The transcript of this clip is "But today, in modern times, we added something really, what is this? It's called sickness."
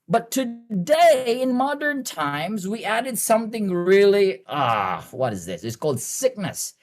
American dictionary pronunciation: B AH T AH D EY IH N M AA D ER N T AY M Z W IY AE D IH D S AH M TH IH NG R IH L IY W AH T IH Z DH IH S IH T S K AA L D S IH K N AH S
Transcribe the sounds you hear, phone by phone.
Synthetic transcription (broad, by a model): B AH T AH D EY IH N M AA D ER N T AY M Z W IY AE D IH D S AH M TH IH NG R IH L IY W AH T IH Z DH IH S IH T S K AA L D S IH K N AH S